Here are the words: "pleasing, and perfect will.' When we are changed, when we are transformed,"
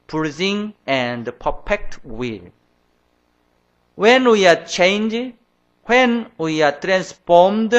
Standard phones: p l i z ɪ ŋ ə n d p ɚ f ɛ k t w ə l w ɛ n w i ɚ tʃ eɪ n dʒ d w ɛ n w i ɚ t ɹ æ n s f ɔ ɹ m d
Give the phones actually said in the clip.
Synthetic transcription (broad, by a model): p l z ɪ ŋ ə n d p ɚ p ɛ k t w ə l w ɛ n w i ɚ tʃ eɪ n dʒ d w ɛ n w i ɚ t ɹ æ n s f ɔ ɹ m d